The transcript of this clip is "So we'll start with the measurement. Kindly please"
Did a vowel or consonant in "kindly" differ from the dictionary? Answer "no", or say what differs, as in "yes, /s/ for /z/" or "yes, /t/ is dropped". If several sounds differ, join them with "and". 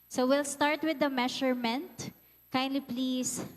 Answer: no